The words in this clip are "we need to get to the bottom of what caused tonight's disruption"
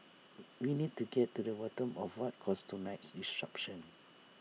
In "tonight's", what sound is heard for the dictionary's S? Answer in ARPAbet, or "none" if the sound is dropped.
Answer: S